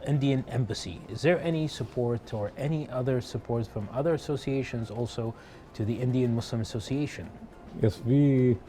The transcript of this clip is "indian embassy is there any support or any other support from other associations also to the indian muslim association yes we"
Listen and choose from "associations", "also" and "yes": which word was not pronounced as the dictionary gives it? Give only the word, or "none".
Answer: none